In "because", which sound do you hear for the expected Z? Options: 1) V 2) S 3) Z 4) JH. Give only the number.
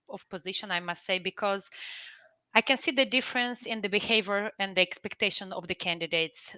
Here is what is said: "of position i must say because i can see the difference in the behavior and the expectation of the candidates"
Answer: 3